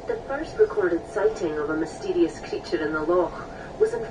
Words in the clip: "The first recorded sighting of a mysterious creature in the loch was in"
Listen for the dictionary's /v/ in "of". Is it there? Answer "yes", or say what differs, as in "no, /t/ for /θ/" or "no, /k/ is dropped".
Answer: yes